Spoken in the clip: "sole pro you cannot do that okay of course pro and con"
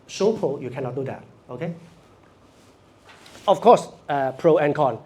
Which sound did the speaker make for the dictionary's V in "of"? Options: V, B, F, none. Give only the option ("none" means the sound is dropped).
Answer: F